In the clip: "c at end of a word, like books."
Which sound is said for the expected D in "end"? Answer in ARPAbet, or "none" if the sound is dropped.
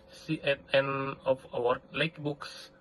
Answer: none